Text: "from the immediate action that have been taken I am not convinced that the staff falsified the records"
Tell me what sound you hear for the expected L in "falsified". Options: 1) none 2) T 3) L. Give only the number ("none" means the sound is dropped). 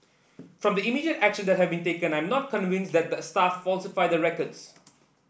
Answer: 3